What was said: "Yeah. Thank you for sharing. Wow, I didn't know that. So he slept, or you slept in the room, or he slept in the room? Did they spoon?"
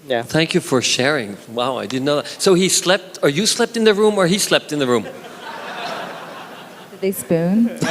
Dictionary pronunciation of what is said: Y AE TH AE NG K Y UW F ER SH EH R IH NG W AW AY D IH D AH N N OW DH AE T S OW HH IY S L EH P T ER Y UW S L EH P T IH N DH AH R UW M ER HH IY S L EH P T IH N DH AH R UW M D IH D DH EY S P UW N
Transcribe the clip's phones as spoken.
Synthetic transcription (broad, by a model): Y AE TH AE NG K Y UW F ER SH EH R IH NG W AW AY D IH D N N OW DH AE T S OW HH IY S L EH P T ER Y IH S L EH P T IH N DH AH R UW M ER IY S L EH P T IH N DH AH R UW M D IH D DH EY S P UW N